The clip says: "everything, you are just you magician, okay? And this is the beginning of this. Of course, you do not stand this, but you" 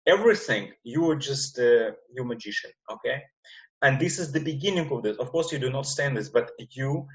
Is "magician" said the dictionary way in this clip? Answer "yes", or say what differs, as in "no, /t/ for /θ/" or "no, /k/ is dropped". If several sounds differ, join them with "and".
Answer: yes